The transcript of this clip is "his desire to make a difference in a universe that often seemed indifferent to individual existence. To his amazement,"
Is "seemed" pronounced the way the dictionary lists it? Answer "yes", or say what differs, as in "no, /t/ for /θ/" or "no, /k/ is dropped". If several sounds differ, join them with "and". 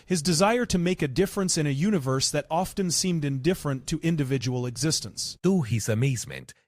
yes